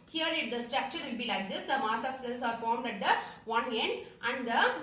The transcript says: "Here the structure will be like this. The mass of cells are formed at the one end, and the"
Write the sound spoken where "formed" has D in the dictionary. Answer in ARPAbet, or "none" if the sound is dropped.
D